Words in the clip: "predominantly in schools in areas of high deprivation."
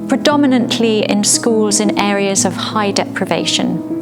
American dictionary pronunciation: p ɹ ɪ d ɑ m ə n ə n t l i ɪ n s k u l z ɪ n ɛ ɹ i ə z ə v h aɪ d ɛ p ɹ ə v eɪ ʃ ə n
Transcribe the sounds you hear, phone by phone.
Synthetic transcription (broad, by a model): p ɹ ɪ d ɑ m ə n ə n t l i ɪ n s k u l z ɪ n ɛ ɹ i ə z ə v h aɪ d ɛ p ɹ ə v eɪ ʃ ə n